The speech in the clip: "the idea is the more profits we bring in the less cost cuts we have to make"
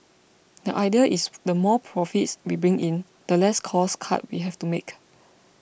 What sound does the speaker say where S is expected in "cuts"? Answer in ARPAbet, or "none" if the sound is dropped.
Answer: none